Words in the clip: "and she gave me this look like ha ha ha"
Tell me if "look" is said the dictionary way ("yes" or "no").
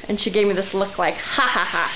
yes